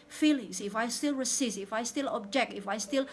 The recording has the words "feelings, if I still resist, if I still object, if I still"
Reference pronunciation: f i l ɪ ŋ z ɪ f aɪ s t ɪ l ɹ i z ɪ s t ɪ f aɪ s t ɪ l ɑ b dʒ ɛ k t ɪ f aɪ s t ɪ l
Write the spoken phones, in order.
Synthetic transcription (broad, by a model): f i l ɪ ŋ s ɪ f aɪ s t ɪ l ɹ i s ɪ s ɪ f aɪ s t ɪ l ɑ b dʒ ɛ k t ɪ f aɪ s t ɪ l